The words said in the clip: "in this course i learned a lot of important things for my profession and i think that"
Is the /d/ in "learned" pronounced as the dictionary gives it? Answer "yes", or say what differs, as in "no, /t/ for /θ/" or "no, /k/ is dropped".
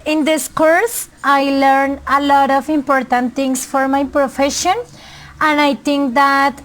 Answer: no, /d/ is dropped